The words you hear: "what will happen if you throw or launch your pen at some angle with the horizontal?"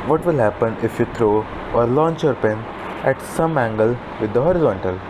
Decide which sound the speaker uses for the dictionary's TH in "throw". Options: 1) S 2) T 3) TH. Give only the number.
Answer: 2